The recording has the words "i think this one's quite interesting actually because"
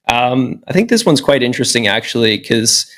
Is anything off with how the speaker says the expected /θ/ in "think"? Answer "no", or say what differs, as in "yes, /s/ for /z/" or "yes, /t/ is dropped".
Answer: no